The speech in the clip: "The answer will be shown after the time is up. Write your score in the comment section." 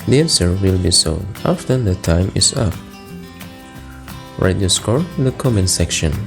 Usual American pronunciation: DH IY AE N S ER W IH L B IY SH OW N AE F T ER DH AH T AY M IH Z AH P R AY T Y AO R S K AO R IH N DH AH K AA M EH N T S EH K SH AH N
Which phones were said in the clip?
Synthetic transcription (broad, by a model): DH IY AE N S ER W IH L B IY S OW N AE F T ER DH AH T AY M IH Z AH P R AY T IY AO S K AO R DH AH K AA M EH N S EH K SH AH N